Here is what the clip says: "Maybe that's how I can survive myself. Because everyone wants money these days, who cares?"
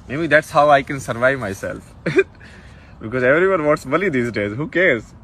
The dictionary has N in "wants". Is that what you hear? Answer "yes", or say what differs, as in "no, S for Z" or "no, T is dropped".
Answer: no, N is dropped